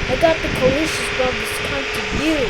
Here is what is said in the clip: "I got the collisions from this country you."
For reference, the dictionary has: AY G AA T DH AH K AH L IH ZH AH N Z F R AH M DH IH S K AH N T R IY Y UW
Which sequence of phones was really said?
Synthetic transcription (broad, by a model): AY G AA T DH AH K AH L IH SH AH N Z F R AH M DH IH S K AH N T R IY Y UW